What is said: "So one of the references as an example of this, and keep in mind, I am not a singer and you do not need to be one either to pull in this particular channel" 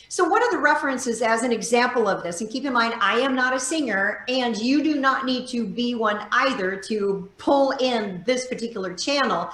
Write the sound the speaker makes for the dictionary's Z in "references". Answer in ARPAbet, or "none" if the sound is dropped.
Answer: Z